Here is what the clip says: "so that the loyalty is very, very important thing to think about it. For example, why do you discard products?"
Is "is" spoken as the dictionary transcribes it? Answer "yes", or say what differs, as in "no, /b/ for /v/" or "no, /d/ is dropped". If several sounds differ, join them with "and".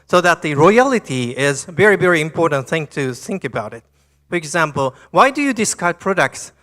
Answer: yes